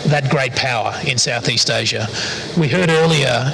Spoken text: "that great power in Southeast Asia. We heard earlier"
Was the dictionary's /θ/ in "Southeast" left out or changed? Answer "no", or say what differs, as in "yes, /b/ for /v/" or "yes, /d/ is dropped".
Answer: no